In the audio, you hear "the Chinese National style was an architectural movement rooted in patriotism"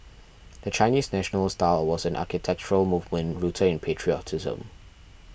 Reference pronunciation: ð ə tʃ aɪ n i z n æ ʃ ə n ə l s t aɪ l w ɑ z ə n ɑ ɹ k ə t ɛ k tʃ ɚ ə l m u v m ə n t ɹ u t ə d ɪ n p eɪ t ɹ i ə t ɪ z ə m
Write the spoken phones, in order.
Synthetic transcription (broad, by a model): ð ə tʃ aɪ n i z n æ ʃ ə n ə l s t aɪ l w ɑ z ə n ɑ k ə t ɛ k tʃ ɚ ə l m u v m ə n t ɹ u t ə ɪ n p eɪ t ɹ i ə t ɪ z ə m